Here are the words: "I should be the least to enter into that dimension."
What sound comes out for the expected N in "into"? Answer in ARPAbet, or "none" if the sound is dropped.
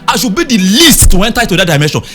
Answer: none